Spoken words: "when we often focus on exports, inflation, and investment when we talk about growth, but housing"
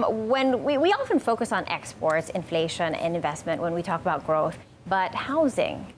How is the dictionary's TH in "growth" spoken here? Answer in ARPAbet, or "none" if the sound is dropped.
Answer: TH